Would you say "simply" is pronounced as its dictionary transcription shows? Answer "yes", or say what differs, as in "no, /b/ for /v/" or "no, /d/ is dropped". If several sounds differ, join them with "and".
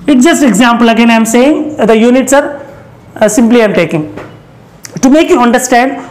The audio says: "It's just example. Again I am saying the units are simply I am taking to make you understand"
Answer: yes